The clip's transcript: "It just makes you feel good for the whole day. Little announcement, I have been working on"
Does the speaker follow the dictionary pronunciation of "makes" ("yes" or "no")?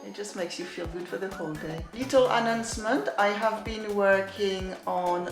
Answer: yes